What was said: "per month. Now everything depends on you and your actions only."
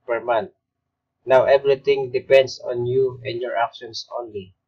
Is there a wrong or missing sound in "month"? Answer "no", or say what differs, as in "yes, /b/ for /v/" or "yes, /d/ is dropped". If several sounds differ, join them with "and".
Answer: yes, /t/ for /θ/